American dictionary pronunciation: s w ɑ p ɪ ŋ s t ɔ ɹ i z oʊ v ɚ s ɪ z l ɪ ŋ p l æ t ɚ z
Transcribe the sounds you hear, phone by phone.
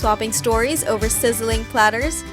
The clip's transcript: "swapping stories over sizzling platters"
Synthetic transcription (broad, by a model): ɑ p ɪ ŋ s t ɔ ɹ i z oʊ v ɚ s ɪ z l ɪ ŋ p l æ t ɚ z